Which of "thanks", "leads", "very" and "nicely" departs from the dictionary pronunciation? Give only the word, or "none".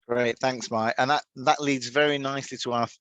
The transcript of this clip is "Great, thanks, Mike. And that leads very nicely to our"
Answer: none